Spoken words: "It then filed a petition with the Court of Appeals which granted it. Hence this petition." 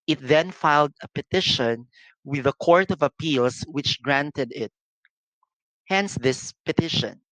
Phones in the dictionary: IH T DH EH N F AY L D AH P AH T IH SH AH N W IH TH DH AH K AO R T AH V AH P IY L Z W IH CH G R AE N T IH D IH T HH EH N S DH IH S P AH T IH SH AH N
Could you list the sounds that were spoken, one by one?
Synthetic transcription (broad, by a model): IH T DH EH N F AY L D AH P AH T IH SH AH N W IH DH AH K AO R T AH V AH P IY L S W IH CH G R AE N T IH D IH T HH EH N S DH IH S P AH T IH SH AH N